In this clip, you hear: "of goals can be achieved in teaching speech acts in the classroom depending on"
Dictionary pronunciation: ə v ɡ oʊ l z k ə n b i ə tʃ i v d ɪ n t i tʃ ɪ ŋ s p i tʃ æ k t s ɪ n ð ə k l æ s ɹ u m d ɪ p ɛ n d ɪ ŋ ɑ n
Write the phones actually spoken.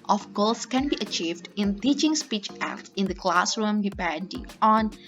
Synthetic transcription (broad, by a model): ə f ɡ oʊ l s k ə n b i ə tʃ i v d ɪ n t i tʃ ɪ ŋ s p i tʃ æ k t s ɪ n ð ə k l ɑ s ɹ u m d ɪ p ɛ n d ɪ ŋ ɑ n